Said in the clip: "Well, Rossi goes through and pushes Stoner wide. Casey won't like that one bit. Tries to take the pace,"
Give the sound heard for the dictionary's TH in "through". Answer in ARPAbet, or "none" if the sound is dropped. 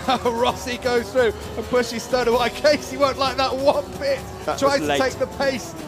TH